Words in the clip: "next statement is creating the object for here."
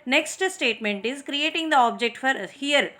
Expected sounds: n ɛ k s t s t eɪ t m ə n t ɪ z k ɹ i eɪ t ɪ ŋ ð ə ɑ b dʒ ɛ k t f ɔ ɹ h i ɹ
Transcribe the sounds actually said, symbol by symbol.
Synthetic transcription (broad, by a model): n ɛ k s t s t eɪ t m ə n t ɪ z k ɹ i eɪ t ɪ ŋ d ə ɑ b dʒ ɛ k t f ɔ ɹ h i ɹ